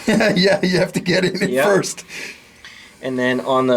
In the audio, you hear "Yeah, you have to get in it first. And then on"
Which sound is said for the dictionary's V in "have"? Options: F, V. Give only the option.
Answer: F